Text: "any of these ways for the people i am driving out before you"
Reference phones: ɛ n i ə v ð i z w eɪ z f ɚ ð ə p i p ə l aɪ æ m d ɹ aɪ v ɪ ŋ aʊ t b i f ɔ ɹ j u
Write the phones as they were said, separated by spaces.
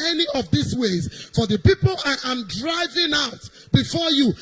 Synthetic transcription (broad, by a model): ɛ n i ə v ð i s w eɪ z f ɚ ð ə p i p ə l aɪ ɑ m d ɹ aɪ v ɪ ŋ aʊ t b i f ɔ j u